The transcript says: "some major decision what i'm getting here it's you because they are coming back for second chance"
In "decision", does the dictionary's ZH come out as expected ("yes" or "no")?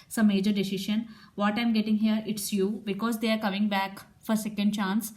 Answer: no